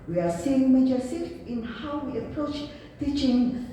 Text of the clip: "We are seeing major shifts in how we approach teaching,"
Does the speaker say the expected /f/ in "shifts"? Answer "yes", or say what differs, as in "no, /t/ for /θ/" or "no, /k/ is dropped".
no, /f/ is dropped